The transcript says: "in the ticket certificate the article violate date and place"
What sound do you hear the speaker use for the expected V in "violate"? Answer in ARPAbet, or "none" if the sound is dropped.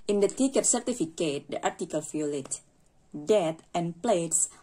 F